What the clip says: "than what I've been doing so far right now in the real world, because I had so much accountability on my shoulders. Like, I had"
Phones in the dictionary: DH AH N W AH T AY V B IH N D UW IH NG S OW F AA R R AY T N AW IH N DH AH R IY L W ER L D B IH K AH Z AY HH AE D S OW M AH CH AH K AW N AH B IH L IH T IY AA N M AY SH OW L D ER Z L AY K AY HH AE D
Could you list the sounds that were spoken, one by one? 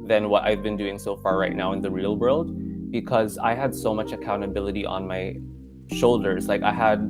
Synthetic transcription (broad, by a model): DH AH N W AH T AY V B IH N D UW IH NG S OW F AA R R AY T N AW IH N DH AH R IY L W ER L D B IH K AH Z AY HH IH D S OW M AH CH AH K AW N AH B IH L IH T IY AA N M AY SH OW L D ER Z L AY K AY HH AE D